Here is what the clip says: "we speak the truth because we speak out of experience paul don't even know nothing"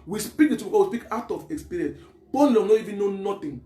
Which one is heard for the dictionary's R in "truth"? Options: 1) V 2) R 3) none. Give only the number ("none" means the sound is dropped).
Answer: 3